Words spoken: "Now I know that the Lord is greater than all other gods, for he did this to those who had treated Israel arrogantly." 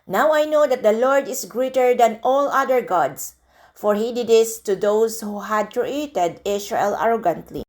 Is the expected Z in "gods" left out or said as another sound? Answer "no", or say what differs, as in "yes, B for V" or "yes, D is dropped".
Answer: yes, S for Z